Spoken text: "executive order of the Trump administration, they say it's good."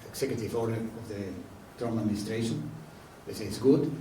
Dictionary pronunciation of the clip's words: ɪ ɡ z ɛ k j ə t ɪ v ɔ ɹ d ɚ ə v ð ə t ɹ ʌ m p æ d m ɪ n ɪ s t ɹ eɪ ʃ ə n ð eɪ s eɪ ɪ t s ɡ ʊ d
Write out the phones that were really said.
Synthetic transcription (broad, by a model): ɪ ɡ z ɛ k j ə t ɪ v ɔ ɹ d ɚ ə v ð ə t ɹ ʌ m æ d m ɪ n ɪ s t ɹ eɪ ʃ ə n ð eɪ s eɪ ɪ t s ɡ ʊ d